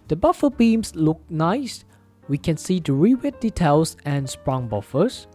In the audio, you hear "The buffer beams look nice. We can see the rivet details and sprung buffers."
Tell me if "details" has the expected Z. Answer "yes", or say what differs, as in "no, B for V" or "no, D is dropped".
no, S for Z